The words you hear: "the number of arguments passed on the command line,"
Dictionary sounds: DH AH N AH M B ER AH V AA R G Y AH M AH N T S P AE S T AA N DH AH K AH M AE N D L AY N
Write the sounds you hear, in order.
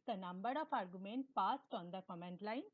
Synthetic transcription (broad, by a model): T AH N AH M B ER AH P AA R G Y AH M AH N T P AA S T AA N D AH K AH M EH N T L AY N